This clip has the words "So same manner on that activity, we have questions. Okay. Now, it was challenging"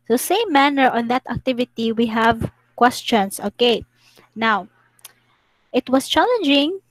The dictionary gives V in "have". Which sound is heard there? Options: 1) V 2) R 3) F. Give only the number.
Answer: 1